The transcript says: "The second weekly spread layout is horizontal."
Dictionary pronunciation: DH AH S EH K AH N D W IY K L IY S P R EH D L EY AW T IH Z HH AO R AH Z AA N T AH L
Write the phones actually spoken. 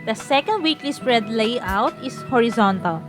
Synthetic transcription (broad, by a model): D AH S EH K AH N D W IY K L IY S P R EH D L EY AW T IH S HH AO R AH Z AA N T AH L